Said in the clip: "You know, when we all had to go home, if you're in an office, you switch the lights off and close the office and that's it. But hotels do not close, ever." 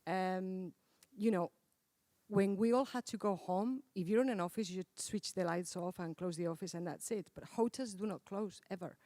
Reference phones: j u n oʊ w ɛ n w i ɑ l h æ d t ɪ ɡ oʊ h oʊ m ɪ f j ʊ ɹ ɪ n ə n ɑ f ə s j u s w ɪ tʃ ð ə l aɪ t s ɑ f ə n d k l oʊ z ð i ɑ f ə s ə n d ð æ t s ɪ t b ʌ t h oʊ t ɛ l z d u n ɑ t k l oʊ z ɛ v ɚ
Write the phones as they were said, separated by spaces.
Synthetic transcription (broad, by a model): j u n oʊ w ɛ n w i ɑ l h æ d t ɪ ɡ oʊ h oʊ m ɪ f j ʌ ɹ ɪ n ə n ɑ f ə s j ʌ s w ɪ tʃ ð ə l aɪ t s ɑ f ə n k l oʊ z ð i ɑ f ə s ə n ð æ t s ɪ t b ʌ t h oʊ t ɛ z d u n ɑ t k l oʊ z ɛ v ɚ